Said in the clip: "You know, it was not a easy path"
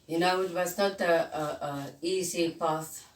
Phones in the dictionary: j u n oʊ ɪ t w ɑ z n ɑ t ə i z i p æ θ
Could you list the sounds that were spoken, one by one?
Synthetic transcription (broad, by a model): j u n oʊ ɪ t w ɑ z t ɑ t ə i s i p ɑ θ